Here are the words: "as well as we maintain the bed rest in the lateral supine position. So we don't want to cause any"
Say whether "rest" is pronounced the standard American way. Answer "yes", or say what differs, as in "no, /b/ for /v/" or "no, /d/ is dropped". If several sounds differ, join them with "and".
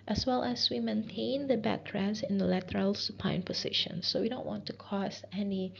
no, /t/ is dropped